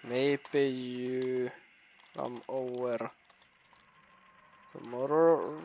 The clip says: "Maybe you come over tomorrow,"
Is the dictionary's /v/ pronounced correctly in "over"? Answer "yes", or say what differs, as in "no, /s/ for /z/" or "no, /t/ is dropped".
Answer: no, /v/ is dropped